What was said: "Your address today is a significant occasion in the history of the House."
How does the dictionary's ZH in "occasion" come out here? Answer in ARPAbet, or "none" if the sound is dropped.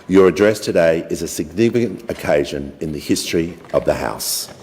ZH